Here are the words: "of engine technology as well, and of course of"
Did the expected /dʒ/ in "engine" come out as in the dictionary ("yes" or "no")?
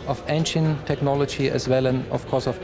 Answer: no